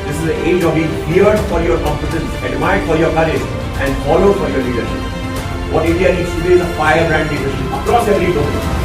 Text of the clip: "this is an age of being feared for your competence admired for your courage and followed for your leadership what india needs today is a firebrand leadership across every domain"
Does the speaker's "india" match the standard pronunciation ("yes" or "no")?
no